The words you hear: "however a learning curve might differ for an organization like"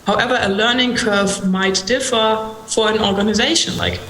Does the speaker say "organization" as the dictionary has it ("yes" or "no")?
yes